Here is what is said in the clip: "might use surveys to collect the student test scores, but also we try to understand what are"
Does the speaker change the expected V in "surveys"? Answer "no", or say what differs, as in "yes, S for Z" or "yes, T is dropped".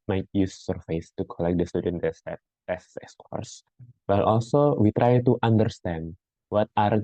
yes, F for V